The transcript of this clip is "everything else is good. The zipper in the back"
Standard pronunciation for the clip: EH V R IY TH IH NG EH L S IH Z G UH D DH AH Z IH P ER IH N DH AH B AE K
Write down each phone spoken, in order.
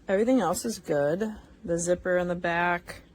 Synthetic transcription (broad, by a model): EH V R IY TH IH NG EH L S IH Z G UH D DH AH Z IH P ER IH N DH AH B AE K